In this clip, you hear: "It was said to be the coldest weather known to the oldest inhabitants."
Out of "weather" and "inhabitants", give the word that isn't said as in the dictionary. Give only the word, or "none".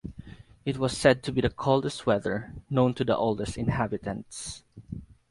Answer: none